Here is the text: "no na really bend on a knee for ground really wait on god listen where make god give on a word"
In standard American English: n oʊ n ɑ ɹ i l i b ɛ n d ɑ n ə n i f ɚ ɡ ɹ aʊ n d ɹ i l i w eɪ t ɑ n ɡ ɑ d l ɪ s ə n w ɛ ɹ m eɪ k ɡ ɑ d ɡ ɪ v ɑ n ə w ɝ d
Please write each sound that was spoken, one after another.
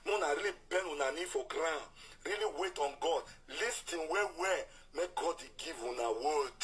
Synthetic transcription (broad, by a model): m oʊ n ɑ ɹ i l i b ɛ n u n ə n i f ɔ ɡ ɹ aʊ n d ɹ i l i w eɪ t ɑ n ɡ ɑ d l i s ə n w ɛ w m eɪ k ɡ ɑ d ɡ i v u n ə w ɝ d